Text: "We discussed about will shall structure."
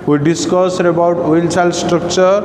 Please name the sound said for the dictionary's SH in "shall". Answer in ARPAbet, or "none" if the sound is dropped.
S